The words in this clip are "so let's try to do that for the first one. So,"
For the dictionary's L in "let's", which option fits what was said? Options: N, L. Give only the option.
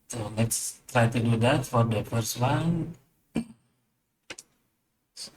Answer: N